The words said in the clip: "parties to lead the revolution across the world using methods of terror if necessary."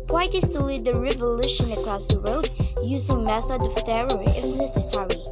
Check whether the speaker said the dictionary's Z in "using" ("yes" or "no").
yes